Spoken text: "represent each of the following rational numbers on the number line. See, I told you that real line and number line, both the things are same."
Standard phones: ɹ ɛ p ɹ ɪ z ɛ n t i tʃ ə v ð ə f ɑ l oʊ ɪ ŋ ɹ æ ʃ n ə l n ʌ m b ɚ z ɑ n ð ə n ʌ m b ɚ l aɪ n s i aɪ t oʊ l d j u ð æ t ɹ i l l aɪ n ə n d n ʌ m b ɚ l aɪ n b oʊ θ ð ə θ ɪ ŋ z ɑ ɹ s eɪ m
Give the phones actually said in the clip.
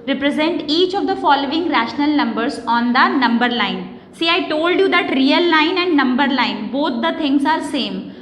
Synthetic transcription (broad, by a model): ɹ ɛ p ɹ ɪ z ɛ n t i tʃ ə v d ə f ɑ l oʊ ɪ ŋ ɹ æ ʃ n ə l n ʌ m b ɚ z ɑ n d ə n ʌ m b ɚ l aɪ n s i aɪ t oʊ l d j u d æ t ɹ i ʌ l aɪ n ə n d n ʌ m b ɚ l aɪ n b oʊ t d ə t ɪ ŋ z ɑ ɹ s eɪ m